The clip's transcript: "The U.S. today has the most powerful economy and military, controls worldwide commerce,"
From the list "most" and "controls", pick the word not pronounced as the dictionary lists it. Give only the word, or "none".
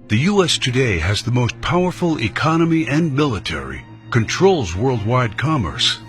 none